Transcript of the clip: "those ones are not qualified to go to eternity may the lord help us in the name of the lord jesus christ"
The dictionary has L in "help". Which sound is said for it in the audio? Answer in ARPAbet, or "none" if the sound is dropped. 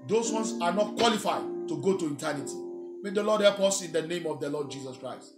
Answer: none